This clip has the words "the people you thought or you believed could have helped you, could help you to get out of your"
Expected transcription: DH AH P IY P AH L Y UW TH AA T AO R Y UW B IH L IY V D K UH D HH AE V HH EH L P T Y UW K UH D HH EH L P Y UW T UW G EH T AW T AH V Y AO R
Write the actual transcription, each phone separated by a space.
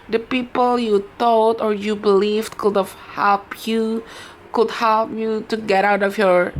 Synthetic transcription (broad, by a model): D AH P IY P AH L Y UW T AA T AO R Y UW B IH L IY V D K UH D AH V HH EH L P Y UW K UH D HH EH L P Y UW T UW G EH T AW T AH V Y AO R